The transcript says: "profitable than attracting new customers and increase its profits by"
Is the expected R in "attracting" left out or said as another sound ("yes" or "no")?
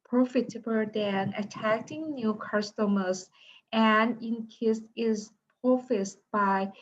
yes